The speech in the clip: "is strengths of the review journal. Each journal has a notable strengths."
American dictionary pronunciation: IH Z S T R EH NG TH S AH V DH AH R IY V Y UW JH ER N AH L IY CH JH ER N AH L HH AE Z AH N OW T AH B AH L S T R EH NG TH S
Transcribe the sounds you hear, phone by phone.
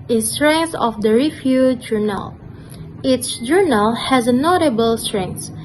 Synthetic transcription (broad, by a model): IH S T R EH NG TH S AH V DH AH R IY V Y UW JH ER N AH L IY S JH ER N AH L HH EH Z AH N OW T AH B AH L S T R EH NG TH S